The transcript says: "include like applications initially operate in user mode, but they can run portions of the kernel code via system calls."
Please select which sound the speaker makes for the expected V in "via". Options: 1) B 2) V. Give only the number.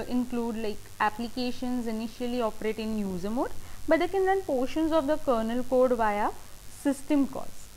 2